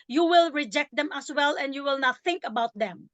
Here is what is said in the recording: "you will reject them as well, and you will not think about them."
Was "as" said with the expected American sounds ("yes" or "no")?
no